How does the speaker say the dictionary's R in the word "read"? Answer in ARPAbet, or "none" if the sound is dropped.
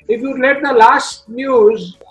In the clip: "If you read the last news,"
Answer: L